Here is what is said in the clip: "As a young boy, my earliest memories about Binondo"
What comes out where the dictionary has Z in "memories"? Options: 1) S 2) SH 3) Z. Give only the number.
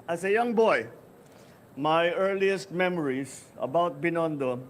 1